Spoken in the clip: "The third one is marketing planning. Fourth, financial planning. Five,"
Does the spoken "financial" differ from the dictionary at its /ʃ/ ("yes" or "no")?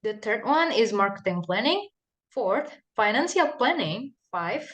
yes